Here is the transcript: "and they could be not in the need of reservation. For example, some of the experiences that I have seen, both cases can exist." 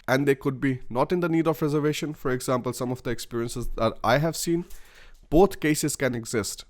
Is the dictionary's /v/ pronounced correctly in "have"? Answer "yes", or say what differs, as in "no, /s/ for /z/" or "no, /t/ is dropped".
yes